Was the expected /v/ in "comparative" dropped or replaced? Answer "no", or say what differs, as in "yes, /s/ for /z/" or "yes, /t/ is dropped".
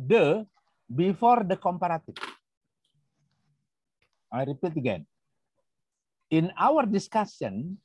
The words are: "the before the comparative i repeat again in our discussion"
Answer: yes, /f/ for /v/